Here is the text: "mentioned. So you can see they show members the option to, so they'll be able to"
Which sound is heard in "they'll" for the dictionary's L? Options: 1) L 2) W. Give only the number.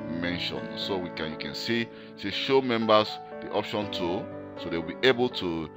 2